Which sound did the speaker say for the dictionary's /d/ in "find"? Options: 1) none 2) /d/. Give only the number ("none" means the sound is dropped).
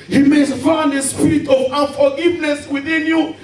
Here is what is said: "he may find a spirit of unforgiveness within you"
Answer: 1